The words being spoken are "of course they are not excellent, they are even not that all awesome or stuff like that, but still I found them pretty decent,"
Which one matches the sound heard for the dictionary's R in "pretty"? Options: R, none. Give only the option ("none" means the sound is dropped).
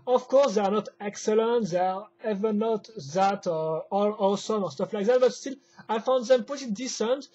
none